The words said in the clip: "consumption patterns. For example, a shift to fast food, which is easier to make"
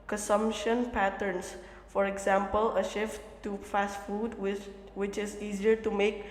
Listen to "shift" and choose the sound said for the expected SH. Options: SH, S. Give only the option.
SH